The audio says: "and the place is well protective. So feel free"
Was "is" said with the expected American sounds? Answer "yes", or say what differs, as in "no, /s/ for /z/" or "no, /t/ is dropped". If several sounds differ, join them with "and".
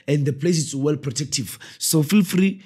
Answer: no, /s/ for /z/